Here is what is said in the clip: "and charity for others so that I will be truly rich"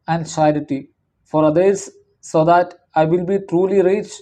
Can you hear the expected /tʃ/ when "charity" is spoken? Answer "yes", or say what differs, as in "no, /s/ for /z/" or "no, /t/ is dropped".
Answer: no, /s/ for /tʃ/